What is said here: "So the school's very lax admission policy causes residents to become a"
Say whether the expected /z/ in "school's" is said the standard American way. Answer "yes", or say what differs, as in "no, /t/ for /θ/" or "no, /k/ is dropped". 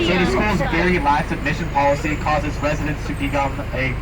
yes